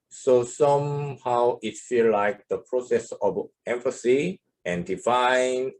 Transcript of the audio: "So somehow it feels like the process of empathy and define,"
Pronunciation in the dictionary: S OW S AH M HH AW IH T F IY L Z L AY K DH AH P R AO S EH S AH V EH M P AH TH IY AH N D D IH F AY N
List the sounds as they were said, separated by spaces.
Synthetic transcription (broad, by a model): S OW S AH M HH AW IH T F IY L L AY K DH AH P R AO S EH S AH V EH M F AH S IY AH N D D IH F AY N